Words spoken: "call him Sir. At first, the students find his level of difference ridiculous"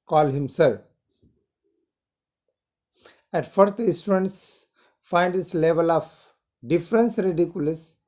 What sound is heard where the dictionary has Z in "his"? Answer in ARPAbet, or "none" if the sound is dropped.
S